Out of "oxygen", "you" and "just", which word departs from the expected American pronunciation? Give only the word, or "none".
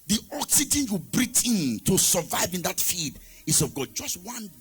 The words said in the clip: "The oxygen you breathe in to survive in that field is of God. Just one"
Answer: none